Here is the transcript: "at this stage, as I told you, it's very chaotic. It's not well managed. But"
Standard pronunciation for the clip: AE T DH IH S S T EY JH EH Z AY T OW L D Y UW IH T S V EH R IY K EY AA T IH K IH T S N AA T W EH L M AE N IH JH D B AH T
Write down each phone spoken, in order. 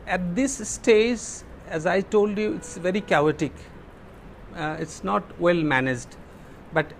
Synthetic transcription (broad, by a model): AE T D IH S S T EY JH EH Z AY T OW L D Y UW IH T S V EH R IY K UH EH T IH K IH T S N AA T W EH L M AE N IH JH D B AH T